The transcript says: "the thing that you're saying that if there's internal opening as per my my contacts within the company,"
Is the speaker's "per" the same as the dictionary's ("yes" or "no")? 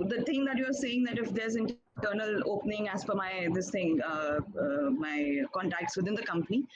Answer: no